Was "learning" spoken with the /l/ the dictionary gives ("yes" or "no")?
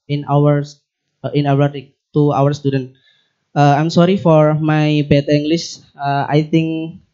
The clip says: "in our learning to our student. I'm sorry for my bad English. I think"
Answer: no